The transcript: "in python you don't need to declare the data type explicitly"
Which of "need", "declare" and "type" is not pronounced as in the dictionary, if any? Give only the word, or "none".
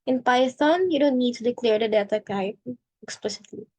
type